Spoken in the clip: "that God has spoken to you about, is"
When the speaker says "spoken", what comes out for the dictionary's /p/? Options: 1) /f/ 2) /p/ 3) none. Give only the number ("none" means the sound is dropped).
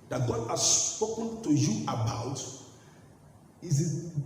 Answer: 2